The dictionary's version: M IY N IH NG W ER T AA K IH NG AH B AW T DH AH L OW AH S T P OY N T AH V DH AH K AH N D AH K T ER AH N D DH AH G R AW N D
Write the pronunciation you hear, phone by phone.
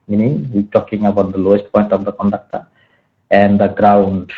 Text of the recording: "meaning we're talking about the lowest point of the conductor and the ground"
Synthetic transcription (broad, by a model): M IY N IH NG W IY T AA K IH NG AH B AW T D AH L OW AH S T P OY N T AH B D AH K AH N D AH K T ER AH N D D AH G R AW N D